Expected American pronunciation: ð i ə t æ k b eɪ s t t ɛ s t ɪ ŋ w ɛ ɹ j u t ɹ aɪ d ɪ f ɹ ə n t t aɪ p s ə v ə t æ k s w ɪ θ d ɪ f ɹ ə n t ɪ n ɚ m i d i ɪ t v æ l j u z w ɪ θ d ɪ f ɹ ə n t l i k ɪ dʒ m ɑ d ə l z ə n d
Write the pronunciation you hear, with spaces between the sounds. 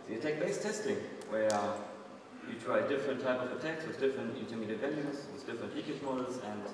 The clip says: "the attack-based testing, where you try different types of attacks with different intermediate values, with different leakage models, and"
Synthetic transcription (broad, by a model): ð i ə t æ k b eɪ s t t ɛ s t ɪ ŋ w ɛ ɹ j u t ɹ aɪ d ɪ f ɹ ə n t t aɪ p ə v ə t æ k s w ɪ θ d ɪ f ɹ ə n t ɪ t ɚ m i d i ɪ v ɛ n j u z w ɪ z d ɪ f ɹ ə n t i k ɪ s m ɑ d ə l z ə n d